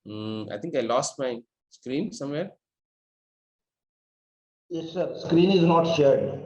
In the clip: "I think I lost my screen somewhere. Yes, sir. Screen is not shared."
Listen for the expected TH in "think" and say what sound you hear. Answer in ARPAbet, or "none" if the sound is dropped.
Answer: T